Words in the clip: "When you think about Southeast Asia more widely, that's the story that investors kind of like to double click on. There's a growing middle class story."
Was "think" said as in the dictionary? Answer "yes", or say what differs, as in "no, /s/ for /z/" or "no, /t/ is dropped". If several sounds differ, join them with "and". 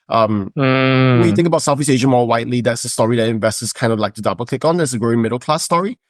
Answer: yes